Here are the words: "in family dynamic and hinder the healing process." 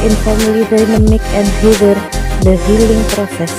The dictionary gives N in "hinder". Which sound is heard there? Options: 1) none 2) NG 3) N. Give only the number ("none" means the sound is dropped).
1